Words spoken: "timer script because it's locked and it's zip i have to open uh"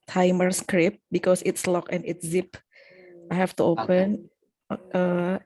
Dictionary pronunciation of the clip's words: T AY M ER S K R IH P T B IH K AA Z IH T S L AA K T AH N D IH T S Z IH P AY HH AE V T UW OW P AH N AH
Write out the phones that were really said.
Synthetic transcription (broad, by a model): T AY M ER S K R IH P B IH K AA S IH T S L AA K AH N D IH T S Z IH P AY HH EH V T UW OW P AH N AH